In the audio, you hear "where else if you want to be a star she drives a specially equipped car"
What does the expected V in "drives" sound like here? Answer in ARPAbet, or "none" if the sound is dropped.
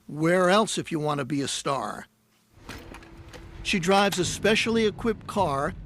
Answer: V